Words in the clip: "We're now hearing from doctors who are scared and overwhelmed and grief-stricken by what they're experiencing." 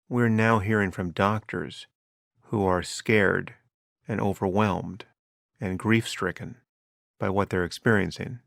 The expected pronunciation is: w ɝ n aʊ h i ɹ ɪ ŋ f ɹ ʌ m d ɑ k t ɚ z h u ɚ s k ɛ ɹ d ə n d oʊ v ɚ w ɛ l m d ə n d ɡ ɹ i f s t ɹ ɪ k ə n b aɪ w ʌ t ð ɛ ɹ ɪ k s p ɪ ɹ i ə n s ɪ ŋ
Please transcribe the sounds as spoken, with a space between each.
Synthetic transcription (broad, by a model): w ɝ n aʊ h i ɹ ɪ ŋ f ɹ ʌ m d ɑ k t ɚ z h u ɚ s k ɛ ɹ d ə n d oʊ v ɚ w ɛ l m d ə n ɡ ɹ i f s t ɹ ɪ k ə n b aɪ w ʌ t ð ɛ ɹ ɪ k s p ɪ ɹ i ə n s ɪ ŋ